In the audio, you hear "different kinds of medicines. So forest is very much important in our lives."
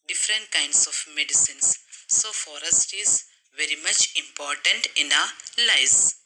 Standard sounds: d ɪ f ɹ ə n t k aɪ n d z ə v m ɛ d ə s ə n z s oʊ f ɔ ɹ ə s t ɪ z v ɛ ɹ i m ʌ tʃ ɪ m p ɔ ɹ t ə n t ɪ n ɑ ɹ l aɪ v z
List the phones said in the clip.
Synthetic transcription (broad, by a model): d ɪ f ɹ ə n t k aɪ n d s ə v m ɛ d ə s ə n s oʊ f ɔ ɹ ə s t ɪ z v ɛ ɹ i m ʌ tʃ ɪ m p ɔ ɹ t ə n t ɪ n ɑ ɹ l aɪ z